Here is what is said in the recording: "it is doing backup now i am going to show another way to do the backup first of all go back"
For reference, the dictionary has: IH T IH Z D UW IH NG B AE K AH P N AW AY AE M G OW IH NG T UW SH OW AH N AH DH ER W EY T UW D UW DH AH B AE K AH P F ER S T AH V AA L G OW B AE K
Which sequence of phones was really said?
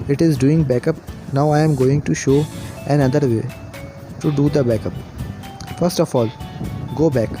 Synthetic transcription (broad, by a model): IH T IH Z D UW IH NG B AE K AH P N AW AY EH M G OW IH NG T UW SH OW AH N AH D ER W EY T UW D UW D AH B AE K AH P F ER S T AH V AA L G OW B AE K